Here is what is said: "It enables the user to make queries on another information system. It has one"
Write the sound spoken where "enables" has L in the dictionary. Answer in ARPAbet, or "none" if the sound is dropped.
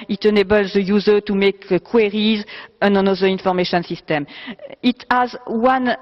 L